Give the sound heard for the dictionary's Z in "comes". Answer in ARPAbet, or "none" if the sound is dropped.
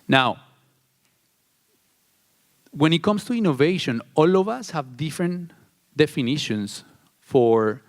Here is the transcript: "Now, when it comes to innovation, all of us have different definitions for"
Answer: S